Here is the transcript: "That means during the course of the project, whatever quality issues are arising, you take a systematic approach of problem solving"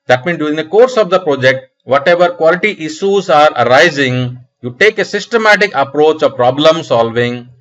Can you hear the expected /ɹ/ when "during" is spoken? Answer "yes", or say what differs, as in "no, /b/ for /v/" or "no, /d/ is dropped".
no, /ɹ/ is dropped